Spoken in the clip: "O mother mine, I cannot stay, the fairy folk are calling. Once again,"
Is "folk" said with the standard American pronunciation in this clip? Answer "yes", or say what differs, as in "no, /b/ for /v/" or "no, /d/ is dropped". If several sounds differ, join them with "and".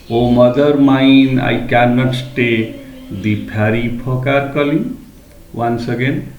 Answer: no, /p/ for /f/